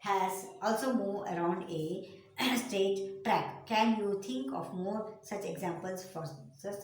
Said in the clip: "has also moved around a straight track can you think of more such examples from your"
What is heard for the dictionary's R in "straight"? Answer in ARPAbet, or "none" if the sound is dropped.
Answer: none